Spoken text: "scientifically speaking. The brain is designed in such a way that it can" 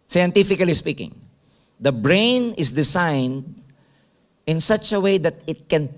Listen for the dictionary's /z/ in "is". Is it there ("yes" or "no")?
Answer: no